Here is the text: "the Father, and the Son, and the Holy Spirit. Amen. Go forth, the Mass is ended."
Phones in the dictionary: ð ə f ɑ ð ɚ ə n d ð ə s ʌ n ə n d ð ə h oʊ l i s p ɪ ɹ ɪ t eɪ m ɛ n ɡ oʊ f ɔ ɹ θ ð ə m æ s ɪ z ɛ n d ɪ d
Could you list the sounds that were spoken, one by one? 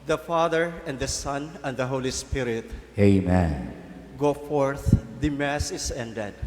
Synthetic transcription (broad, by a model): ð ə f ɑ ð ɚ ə n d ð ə s ʌ n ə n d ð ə h oʊ l i s p ɪ ɹ ɪ t eɪ m ɛ n ɡ oʊ f ɔ ɹ θ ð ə m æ s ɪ s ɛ n d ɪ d